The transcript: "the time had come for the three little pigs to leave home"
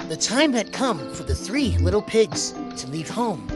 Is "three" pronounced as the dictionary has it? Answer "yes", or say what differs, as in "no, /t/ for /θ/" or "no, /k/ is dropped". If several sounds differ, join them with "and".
yes